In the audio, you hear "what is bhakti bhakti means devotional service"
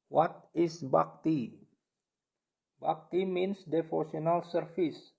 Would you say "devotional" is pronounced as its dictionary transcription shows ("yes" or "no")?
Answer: no